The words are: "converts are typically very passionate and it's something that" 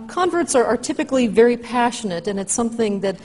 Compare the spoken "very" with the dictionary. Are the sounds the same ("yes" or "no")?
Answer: yes